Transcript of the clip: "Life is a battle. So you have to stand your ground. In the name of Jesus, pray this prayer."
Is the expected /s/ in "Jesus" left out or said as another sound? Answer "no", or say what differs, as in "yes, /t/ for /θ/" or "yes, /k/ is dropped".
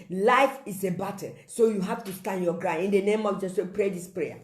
yes, /s/ is dropped